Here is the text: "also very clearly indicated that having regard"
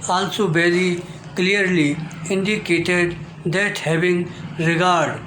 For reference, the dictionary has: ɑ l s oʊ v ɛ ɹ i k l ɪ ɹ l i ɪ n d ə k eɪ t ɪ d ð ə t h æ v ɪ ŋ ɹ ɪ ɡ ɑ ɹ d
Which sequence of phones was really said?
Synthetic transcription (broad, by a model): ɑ l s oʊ b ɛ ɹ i k l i ɹ l i ɪ n d ə k eɪ t ɪ d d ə t h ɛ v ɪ ŋ ɹ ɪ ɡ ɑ ɹ d